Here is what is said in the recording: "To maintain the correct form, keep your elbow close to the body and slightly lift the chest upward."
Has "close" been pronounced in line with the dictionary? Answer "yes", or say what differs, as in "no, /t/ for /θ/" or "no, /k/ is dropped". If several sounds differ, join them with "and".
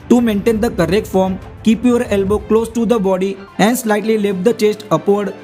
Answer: yes